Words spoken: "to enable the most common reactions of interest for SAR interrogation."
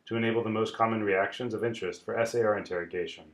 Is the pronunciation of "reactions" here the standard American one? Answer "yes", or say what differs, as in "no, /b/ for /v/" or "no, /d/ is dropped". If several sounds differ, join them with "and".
yes